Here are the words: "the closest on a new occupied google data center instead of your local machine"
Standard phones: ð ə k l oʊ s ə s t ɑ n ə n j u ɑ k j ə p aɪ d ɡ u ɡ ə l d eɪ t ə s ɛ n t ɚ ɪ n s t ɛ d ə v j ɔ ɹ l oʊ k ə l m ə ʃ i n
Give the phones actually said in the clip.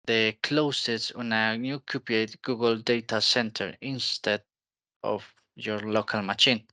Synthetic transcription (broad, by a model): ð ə k l oʊ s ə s ɑ n ə n j u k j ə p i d ɡ u ɡ ə l d eɪ t ə s ɛ n t ɚ ɪ n s t ɛ d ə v j ɔ ɹ l oʊ k ə l m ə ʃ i n